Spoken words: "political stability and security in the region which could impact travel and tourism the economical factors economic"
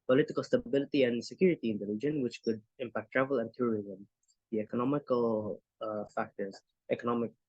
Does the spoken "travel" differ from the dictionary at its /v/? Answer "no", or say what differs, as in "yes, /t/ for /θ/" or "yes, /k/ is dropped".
no